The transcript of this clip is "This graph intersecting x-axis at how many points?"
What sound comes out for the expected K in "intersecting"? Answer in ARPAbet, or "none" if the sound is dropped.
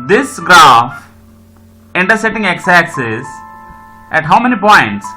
none